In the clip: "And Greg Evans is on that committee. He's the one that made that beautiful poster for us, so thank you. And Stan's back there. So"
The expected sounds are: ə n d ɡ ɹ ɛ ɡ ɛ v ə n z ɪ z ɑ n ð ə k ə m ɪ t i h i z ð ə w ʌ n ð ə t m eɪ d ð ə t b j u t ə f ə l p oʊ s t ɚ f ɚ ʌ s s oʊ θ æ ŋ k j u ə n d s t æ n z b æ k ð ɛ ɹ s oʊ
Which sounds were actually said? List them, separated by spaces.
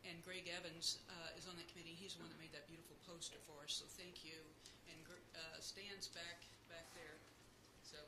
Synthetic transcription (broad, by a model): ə n ɡ ɹ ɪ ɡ ɛ v ə n z ɪ z n ð ə k ə m ɪ t i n i z ð ə w ʌ n ð ə t m eɪ d ð ə t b j u t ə f l p oʊ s t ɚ f ɚ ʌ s s oʊ θ æ ŋ k j u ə n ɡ s t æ n z b æ k ð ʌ ɹ s oʊ